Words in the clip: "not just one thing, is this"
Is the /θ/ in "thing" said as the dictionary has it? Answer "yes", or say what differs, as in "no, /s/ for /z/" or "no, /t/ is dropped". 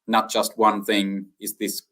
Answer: yes